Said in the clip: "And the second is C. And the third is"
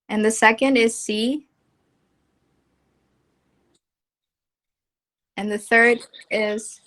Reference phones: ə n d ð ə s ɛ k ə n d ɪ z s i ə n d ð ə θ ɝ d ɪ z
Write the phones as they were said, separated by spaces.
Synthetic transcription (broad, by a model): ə n ð ə s ɛ k ə n d ɪ z s i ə n ð ə θ ɝ d ɪ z